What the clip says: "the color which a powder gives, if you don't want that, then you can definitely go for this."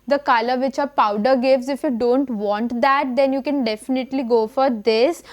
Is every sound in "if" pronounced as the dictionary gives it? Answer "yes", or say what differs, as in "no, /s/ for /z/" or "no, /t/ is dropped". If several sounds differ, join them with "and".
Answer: yes